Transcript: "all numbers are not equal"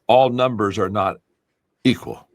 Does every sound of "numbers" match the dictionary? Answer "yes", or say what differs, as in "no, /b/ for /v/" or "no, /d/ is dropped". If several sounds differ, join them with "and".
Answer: yes